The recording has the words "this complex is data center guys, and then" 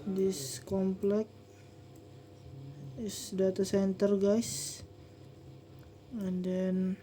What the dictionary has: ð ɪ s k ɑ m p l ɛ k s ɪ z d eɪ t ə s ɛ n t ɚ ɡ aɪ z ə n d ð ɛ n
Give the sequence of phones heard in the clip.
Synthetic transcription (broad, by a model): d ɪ s k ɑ m p l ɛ k ɪ s d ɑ t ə s ɛ n t ɚ ɡ aɪ s ə n d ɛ n